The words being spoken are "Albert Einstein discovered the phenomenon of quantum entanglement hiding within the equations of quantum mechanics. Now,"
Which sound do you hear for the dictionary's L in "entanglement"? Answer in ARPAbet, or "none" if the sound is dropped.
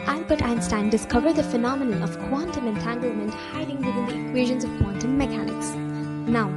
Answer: L